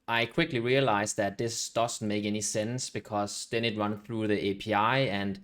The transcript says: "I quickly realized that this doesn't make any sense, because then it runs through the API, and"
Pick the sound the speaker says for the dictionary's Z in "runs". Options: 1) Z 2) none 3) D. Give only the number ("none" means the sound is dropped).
2